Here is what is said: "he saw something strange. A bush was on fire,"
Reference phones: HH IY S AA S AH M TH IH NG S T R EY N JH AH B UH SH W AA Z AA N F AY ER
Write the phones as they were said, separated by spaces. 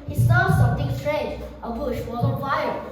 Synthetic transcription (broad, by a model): HH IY S AA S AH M T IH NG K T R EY JH AH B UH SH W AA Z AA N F AY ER